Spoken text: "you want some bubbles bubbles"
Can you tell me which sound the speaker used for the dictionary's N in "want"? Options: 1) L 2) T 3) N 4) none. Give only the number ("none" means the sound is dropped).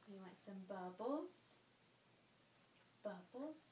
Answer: 4